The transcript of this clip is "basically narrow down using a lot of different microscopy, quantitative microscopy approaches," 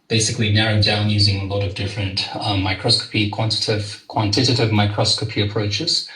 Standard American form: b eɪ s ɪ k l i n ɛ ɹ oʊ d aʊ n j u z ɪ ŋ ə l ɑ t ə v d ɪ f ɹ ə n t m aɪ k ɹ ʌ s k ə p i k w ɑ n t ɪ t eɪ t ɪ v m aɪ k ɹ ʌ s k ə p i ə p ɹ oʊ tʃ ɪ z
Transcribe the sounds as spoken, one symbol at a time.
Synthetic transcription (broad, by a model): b eɪ s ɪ k l i n ɛ ɹ oʊ d aʊ n j u z ɪ ŋ ə l ɑ t ə v d ɪ f ɹ ə n t m aɪ k ɹ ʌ s k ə p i k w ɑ n t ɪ t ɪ t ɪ v m aɪ k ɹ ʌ s k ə p i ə p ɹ oʊ tʃ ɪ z